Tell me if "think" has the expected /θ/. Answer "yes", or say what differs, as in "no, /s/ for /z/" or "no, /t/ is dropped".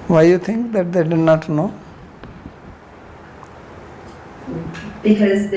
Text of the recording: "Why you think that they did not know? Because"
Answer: no, /t/ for /θ/